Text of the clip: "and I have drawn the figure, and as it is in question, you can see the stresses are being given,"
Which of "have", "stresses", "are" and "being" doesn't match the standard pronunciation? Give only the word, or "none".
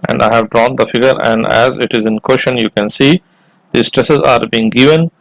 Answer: none